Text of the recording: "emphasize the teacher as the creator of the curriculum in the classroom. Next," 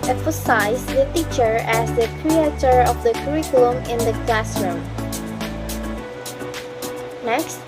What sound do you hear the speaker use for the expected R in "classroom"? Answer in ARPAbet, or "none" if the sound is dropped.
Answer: R